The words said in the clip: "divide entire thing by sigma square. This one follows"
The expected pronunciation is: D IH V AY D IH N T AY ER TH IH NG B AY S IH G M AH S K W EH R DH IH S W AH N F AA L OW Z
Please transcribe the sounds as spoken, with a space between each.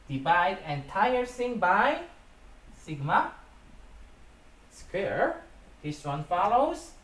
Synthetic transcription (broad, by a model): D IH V AY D IH N T AY ER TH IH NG B AY S IH G M AH S K W EH R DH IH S W AH N F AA L OW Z